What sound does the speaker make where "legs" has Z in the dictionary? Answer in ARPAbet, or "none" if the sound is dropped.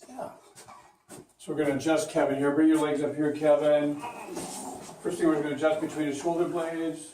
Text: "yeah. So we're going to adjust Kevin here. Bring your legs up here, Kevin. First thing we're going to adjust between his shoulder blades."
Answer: Z